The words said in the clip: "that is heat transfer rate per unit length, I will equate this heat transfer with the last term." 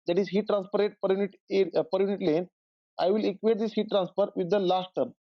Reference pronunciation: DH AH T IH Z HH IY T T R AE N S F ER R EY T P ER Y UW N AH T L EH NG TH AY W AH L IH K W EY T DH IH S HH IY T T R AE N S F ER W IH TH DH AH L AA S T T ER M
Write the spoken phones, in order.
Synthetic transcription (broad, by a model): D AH T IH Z HH IY T T R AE N S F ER R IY T P ER Y UW N AH T L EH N AY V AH L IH K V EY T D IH S HH IY T T R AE N S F ER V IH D AH L AA S T T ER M